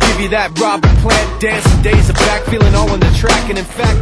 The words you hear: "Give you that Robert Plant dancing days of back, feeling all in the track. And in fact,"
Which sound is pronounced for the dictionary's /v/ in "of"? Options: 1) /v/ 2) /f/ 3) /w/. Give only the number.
1